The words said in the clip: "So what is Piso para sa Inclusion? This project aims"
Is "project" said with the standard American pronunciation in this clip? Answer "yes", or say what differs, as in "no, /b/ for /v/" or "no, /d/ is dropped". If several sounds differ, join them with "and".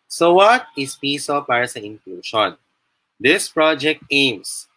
yes